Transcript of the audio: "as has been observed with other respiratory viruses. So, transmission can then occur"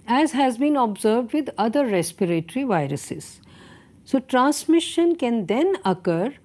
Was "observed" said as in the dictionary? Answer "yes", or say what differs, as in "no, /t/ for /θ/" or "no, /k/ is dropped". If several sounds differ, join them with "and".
yes